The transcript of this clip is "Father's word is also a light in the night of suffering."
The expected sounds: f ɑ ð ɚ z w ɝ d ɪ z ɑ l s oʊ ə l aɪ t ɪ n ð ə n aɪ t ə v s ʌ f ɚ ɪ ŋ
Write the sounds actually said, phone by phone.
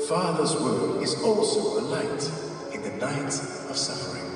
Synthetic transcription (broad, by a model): f ɑ ð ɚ z w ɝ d ɪ z ɑ l s oʊ ə l aɪ t ɪ n ð ə n aɪ t ə v s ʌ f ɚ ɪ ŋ